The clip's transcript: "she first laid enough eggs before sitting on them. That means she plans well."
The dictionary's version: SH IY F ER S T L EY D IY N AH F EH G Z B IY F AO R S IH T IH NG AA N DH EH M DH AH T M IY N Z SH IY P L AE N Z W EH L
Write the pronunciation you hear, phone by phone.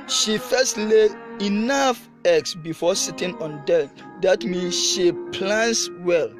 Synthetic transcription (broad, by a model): SH IY F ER S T L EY IY N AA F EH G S B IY F AO S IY T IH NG AA N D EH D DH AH T M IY N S SH IY P L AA N S W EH L